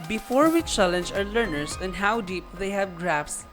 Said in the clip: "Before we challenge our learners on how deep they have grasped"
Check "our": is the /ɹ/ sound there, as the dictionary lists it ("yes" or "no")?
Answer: yes